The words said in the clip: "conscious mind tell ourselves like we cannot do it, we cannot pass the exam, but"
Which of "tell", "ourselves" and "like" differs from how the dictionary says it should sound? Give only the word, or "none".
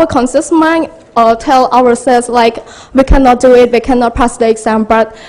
ourselves